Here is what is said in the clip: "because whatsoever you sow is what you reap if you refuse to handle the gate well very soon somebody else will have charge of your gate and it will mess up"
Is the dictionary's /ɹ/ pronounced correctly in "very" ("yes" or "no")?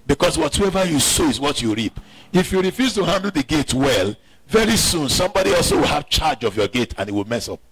yes